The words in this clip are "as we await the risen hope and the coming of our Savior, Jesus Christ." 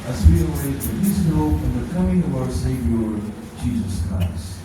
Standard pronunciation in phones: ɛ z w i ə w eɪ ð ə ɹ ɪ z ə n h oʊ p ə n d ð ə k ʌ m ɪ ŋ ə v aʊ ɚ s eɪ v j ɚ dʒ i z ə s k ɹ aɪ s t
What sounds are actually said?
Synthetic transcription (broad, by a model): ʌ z w i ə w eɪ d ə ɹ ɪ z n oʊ f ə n ð ə k ʌ m ɪ ŋ ə v aʊ ɚ s eɪ v j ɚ dʒ i z ə s k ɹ aɪ s t